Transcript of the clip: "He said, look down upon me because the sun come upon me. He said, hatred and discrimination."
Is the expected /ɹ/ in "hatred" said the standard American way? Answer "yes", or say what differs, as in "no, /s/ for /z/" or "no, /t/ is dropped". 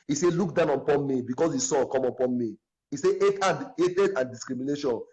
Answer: no, /ɹ/ is dropped